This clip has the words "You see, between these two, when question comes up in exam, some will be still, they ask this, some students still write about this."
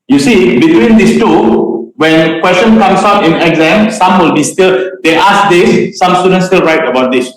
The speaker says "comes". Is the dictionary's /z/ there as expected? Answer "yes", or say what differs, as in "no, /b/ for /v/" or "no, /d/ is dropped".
no, /s/ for /z/